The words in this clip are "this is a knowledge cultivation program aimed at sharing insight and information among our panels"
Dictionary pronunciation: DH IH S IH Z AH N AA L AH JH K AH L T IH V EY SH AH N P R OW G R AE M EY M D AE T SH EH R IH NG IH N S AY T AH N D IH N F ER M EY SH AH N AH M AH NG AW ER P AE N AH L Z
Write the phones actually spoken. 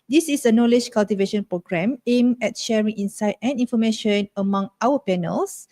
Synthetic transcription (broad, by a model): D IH S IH S AH N AA L AH JH K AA L T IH V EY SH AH N P R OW G R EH M EY M EH T SH EH R IH NG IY N S AY T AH N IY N F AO M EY SH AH N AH M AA NG AW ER P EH N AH L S